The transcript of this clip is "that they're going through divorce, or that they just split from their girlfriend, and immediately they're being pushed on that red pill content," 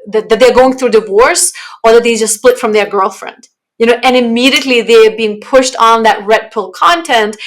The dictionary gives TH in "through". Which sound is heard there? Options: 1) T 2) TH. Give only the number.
2